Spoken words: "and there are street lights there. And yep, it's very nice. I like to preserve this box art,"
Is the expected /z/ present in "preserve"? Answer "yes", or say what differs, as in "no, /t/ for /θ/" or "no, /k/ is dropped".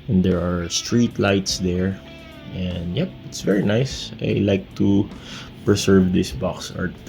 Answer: no, /s/ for /z/